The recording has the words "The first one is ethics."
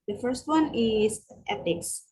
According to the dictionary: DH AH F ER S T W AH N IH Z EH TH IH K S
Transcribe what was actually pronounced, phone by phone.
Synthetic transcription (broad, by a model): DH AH F ER S T W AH N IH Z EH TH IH K S